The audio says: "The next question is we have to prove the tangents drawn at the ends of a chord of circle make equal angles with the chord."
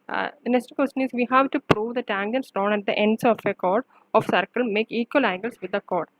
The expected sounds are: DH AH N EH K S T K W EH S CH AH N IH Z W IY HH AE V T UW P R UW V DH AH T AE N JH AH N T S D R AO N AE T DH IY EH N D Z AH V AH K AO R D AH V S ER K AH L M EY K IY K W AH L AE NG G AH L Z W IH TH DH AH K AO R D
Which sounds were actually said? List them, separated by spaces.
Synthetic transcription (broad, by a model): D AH N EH S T K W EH S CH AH N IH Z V IY HH AE V T UW P R UW V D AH T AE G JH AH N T S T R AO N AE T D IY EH N D S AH F AH K AO R D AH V S ER K AH L M EY K IY K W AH L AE NG G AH L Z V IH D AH K AO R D